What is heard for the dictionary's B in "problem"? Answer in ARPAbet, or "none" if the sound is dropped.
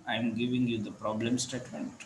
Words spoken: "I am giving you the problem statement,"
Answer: B